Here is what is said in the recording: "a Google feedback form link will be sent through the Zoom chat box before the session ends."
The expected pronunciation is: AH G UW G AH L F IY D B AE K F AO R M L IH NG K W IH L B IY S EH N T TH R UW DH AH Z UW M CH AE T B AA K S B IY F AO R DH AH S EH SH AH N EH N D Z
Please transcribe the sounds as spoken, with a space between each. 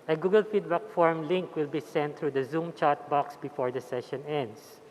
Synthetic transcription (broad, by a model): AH G UW G AH L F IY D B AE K F AO R M L IH NG K W IH L B IY S EH N T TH R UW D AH Z UW M CH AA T B AA K S B IY F AO R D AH S EH SH AH N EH N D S